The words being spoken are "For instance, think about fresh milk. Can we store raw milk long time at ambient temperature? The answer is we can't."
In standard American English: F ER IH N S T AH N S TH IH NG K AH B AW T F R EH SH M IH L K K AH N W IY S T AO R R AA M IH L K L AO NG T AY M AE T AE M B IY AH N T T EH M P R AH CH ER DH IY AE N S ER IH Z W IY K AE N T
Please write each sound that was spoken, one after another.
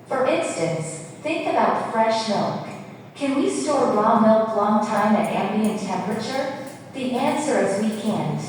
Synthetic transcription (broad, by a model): F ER IH N S T AH N S TH IH NG K AH B AW T F R EH SH M IH L K K AH N W IY S T AO R L AA M IH L K L AO NG T AY M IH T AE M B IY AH N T T EH M P R AH CH ER DH IY AE N S ER IH Z W IY K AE N